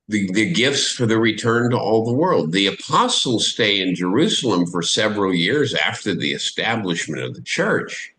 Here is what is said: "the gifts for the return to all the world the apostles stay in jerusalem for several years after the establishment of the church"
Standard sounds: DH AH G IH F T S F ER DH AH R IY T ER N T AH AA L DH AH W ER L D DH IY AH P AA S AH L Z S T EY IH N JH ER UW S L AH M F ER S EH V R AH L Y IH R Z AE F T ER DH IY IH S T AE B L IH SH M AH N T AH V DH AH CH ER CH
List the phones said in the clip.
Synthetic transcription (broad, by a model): DH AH G IH F T S F ER DH AH R IY T ER N T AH AA L DH AH W ER L D DH IY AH P AA S L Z S T EY IH N JH ER UW S L AH M F ER S EH V R L Y IH R Z AE F T ER DH IY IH S T AE B L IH SH M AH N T AH V DH AH CH ER CH